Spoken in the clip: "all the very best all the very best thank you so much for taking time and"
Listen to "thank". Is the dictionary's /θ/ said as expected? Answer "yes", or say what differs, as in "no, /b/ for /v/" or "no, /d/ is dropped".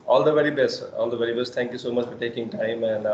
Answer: no, /t/ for /θ/